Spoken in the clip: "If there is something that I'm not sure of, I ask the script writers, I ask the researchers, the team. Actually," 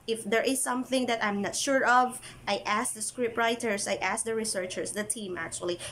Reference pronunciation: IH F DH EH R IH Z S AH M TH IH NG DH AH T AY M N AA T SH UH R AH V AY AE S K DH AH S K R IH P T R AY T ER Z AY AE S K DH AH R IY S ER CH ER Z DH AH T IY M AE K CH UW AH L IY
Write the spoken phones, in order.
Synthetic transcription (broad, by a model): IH F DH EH R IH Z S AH M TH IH NG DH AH T AY M N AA T SH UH R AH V AY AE S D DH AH S K R IH P T R AY T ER S AY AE S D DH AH R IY S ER CH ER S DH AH T IY M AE K CH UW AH L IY